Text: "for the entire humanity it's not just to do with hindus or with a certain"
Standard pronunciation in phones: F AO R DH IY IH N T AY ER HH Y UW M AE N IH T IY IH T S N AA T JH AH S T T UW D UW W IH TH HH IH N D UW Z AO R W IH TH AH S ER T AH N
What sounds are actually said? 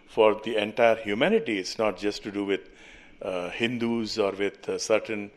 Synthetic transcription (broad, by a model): F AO R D IY IH N T AY ER HH Y UW M AE N IH T IY IH T S N AA T JH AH S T T UW D UW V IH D HH IH N D UW Z AO R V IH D S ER T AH N